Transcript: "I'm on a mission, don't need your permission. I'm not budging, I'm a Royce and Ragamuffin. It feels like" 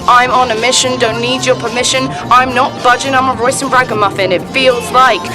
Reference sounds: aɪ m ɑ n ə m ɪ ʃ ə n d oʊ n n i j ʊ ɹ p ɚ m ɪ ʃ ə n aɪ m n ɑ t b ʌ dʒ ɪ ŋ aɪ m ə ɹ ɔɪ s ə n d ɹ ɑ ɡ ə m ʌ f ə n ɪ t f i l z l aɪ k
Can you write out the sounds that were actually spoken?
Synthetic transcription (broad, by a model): aɪ m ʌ n ə m ɪ ʃ ə n d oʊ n n i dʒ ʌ p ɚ m ɪ ʃ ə n aɪ m n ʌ t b ʌ dʒ ɪ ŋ aɪ m ə ɹ ɔɪ s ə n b ɹ ɑ ɡ ə m ʌ f ə n ɪ t f i l z l aɪ k